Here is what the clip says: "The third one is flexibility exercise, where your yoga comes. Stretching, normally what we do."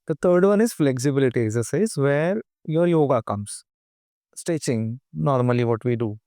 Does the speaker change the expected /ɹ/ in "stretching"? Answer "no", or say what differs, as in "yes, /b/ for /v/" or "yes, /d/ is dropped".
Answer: yes, /ɹ/ is dropped